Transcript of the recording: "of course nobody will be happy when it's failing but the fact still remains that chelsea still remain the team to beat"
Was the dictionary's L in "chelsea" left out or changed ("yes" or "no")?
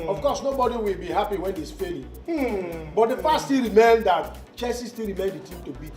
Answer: yes